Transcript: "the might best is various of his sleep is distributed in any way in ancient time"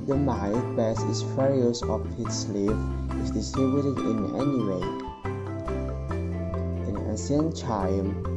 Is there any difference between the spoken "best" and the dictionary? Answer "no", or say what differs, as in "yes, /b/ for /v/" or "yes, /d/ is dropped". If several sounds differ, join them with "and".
yes, /t/ is dropped